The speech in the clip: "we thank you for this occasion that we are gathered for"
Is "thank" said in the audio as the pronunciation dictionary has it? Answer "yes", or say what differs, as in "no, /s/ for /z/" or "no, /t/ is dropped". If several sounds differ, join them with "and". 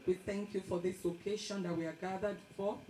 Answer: yes